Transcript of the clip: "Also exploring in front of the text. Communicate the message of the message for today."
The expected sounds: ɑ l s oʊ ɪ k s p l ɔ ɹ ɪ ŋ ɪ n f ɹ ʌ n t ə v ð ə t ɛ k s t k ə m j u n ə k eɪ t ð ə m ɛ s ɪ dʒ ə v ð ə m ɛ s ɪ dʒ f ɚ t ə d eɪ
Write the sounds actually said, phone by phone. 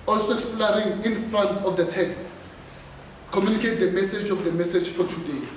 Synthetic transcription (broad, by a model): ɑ l s oʊ ɪ k s p l ɔ ɹ ɪ ŋ ɪ n f ɹ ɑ n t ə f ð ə t ɛ k s t k ə m j u n ə k eɪ t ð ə m ɛ s ɪ dʒ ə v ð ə m ɛ s ɪ dʒ f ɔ t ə d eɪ